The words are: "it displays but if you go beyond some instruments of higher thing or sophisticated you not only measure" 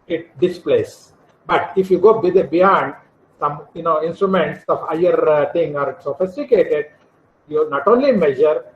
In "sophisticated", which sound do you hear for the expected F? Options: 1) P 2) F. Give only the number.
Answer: 2